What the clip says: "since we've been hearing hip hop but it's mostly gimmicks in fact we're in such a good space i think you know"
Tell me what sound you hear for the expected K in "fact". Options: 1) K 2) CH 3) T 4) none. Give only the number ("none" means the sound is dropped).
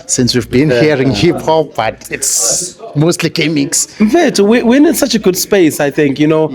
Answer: 4